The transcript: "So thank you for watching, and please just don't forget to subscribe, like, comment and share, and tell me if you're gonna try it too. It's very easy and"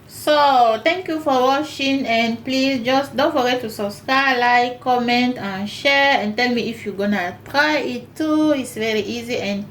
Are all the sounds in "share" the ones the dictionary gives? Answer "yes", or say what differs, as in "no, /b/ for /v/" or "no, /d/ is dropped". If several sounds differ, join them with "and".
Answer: yes